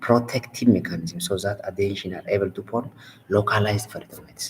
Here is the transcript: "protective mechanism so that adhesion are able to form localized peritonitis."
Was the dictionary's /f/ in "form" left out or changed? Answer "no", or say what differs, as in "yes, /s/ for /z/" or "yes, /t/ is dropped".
yes, /p/ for /f/